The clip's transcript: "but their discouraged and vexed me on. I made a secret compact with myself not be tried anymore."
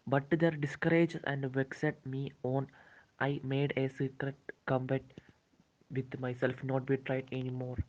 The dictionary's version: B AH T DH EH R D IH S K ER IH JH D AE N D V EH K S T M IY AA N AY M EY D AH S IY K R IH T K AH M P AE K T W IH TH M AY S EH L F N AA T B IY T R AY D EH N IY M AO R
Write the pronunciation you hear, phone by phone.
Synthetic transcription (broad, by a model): B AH T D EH R D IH S K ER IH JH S AE N D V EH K S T M IY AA N AY M EY D AH S IY K R IH T K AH M B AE T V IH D M AY S EH L F N AA T B IY T R AY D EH N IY M AO R